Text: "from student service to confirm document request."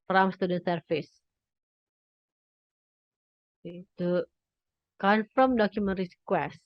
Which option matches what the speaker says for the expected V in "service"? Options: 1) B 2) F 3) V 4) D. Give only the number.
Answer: 2